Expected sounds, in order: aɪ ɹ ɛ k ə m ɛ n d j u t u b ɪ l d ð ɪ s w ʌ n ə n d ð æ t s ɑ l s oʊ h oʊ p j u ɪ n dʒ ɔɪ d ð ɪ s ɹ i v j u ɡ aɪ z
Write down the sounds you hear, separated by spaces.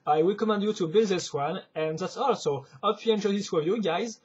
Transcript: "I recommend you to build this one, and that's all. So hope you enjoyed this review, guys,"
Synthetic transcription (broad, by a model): aɪ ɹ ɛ k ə m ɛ n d j u t u b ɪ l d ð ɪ s w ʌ n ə n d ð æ t s ɑ l s oʊ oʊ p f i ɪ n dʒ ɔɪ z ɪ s w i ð j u ɡ aɪ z